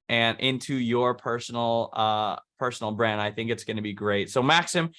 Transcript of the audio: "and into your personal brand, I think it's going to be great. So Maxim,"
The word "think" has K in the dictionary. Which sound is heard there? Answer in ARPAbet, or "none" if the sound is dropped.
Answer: K